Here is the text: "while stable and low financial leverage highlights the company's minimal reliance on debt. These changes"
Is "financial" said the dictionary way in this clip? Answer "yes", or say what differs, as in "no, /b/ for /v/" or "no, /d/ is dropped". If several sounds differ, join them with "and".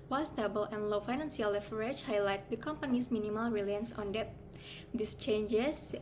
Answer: no, /s/ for /ʃ/